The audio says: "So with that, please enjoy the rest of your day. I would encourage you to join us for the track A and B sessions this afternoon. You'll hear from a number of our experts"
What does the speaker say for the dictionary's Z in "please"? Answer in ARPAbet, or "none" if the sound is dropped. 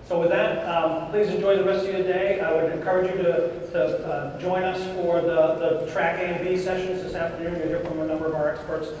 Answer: Z